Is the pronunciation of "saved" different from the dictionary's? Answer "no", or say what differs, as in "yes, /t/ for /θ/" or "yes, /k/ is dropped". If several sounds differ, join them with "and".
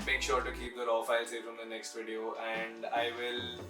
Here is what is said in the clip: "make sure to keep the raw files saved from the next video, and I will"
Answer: yes, /f/ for /v/